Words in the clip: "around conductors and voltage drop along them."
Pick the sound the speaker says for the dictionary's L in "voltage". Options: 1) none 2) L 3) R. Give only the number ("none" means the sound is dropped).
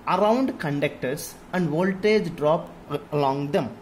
2